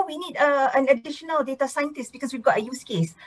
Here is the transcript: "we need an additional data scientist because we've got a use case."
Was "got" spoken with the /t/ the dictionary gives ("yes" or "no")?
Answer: yes